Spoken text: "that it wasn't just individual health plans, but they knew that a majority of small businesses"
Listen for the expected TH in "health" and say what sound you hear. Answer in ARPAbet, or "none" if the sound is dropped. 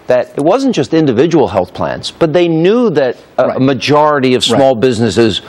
TH